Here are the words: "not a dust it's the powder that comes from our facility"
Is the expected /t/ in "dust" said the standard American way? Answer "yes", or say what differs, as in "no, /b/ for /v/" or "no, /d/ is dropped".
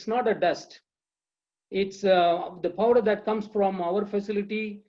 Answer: yes